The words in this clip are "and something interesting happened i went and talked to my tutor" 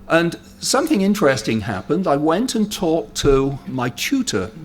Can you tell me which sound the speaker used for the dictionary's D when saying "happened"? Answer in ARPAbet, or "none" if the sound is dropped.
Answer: D